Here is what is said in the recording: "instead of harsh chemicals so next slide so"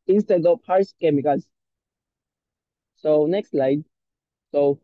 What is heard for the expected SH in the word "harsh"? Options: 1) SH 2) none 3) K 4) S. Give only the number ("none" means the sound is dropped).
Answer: 4